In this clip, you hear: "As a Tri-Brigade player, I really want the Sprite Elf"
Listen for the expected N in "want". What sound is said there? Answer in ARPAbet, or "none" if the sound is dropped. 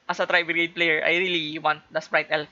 N